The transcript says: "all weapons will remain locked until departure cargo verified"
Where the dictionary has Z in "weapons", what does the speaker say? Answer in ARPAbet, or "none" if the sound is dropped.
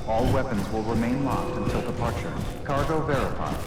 Z